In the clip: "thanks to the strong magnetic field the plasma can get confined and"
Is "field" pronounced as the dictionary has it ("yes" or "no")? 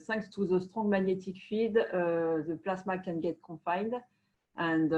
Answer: no